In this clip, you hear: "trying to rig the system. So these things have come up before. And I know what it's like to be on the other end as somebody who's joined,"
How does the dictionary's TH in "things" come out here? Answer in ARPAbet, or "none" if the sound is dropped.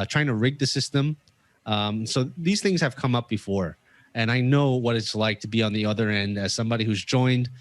TH